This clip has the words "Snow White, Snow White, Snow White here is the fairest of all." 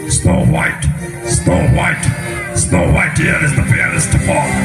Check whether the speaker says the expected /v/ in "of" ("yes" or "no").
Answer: no